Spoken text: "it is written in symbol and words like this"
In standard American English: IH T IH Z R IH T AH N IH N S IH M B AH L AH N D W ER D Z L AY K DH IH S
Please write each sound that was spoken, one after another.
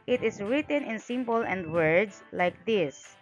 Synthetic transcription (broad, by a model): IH T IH S R IH T AH N IH N S IH M B AH L AH N D W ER D S L AY K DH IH S